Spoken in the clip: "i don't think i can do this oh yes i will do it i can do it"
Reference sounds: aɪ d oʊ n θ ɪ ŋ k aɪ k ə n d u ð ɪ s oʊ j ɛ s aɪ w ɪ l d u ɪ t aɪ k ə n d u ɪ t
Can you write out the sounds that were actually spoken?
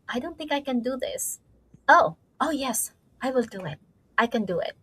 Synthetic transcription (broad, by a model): aɪ d oʊ n θ ɪ ŋ k aɪ k ə n d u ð ɪ s oʊ j ɛ s aɪ w ɪ l d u ɪ t aɪ k ə n d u ɪ t